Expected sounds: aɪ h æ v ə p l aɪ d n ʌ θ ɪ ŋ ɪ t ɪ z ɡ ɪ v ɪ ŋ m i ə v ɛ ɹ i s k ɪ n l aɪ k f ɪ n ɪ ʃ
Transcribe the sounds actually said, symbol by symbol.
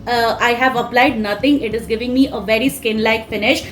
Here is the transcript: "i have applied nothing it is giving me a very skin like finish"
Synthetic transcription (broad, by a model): aɪ h æ v ə p l aɪ d n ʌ t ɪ ŋ ɪ t ɪ z ɡ ɪ v ɪ ŋ m i ə v ɛ ɹ i s k ɪ n l aɪ k f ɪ n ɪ ʃ